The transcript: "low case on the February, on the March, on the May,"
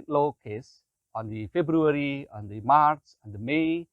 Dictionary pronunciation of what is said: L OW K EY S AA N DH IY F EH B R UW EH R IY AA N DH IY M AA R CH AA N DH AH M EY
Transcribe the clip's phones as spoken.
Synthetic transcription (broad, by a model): L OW K EY S AA N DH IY F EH B R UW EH R IY AA N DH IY M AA R S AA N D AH M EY